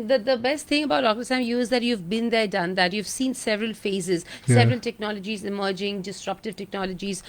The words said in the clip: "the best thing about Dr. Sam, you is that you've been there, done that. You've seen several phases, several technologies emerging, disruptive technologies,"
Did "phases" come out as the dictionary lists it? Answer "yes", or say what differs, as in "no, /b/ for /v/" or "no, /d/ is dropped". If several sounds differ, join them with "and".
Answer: yes